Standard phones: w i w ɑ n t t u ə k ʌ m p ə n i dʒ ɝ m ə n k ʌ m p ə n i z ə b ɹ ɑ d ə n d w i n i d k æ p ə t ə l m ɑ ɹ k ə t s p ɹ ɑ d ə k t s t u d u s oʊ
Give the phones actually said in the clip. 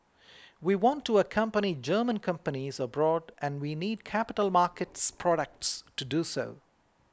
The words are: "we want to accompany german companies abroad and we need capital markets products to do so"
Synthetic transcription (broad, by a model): w i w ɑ n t t u ə k ʌ m p ə n i dʒ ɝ m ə n k ʌ m p ə n i z ə b ɹ ɑ d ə n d w i n i d k æ p ə t ə l m ɑ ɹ k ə t s p ɹ ɑ d ə k t s t u d u s oʊ